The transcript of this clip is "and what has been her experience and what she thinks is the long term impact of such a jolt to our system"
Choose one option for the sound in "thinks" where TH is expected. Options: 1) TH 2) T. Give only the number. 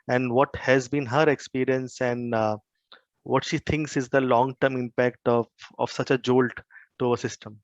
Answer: 2